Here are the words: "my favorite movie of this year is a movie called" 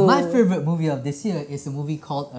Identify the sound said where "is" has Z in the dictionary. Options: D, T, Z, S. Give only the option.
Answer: S